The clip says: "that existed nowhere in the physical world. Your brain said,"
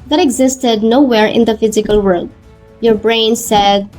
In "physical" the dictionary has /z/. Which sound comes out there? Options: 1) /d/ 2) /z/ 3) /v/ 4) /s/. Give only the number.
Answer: 2